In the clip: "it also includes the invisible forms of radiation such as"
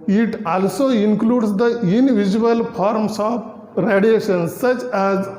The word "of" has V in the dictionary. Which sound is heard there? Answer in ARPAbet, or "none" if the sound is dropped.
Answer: P